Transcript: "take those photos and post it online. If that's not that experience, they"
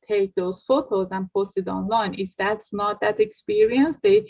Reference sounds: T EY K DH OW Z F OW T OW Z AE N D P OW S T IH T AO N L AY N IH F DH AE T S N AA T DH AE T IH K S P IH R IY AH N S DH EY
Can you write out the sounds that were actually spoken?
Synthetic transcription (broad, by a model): T EY K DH OW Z F OW T OW Z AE N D P OW S T IH T AO N L AY N IH F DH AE T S N AA T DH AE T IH K S P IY R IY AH N S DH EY